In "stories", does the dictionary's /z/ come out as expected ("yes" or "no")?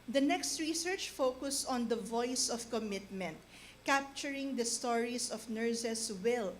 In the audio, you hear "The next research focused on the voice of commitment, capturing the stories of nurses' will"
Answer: no